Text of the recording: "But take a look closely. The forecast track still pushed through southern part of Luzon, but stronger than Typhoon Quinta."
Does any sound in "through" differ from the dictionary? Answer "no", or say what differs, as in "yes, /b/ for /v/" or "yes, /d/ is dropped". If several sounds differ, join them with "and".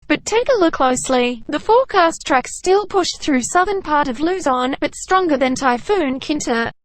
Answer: no